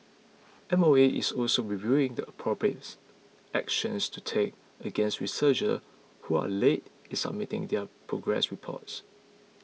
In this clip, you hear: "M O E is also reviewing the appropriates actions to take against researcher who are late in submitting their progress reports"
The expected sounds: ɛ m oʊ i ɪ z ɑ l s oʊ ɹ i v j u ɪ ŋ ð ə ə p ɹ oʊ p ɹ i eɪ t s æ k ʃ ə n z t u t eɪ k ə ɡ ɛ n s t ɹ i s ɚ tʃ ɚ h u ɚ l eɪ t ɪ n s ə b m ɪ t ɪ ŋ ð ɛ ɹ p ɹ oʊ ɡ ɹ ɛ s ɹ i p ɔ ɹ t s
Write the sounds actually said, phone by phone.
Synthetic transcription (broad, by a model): ɛ m oʊ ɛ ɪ s ɑ l s oʊ ɹ i v j u ɪ ŋ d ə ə p ɹ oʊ p ɹ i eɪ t æ k ʃ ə n s t u t eɪ k ə ɡ ɛ n s t ɹ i s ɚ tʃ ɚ h u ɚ l eɪ t ɪ n s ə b m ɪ t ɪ ŋ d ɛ p ɹ oʊ ɡ ɹ ɛ s ɹ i p ɔ t s